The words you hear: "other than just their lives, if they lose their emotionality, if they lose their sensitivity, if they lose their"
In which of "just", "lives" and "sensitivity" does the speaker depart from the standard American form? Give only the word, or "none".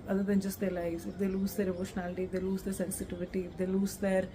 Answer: lives